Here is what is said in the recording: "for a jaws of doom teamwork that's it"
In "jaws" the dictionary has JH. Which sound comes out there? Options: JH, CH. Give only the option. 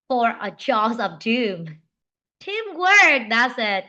CH